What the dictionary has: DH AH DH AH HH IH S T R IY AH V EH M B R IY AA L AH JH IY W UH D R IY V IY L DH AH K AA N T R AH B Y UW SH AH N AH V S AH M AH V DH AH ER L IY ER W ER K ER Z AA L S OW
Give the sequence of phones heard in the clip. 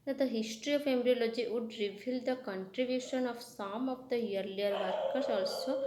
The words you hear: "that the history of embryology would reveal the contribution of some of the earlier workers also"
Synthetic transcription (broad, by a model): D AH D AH HH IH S T R IY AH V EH M R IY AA L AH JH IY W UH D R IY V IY L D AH K AA N T R AH B Y UW SH AH N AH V S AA M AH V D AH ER L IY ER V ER K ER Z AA L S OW